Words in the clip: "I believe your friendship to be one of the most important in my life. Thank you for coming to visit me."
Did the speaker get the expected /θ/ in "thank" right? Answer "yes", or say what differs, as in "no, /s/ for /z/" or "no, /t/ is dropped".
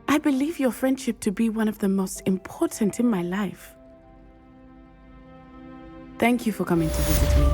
yes